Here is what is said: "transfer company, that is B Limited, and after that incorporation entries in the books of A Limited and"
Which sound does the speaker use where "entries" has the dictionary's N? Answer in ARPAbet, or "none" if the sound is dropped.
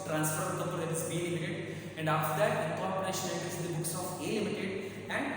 none